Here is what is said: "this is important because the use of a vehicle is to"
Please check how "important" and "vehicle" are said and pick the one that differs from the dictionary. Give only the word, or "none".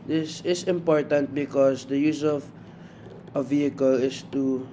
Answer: none